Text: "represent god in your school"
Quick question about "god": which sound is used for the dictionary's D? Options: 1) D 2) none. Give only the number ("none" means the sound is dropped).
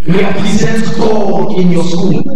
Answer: 2